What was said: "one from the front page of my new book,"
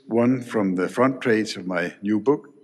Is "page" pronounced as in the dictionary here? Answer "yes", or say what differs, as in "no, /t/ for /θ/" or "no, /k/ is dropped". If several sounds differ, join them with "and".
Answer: no, /z/ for /dʒ/